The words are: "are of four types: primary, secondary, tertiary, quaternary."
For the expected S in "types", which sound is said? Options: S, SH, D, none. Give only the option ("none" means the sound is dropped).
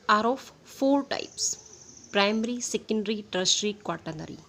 S